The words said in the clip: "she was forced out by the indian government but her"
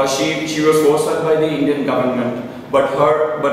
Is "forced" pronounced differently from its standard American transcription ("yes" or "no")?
yes